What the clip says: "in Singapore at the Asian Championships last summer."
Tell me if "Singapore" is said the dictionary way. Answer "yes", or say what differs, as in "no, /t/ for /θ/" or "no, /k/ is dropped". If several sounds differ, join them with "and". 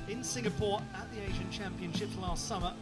yes